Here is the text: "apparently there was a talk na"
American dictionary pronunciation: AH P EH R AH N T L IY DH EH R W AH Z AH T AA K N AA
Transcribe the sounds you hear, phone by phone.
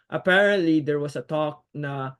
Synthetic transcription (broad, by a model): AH P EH R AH N T L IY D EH R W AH S AH T AA K N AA